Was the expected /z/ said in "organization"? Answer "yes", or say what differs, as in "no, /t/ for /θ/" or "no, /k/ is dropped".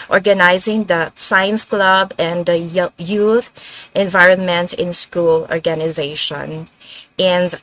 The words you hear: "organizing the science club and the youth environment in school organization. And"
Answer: yes